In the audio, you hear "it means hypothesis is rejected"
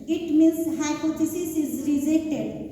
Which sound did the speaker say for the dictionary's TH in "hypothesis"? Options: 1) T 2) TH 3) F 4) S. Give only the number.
1